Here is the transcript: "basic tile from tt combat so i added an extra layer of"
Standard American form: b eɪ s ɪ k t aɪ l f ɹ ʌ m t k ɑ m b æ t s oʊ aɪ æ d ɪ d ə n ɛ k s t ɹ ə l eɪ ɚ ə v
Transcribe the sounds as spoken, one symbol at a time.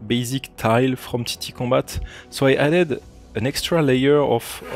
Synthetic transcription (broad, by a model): b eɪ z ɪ k t aɪ l f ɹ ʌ m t k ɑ b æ t s oʊ aɪ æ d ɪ d ə n ɛ k s t ɹ ə l eɪ ɚ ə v